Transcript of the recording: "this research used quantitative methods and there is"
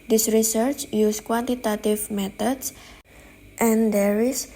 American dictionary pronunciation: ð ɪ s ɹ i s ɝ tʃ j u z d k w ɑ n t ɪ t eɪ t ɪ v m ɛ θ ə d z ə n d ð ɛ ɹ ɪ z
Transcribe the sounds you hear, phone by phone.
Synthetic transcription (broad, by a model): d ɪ s ɹ i s ɝ tʃ j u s k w ɑ n t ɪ t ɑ t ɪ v m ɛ t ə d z ə n d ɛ ɹ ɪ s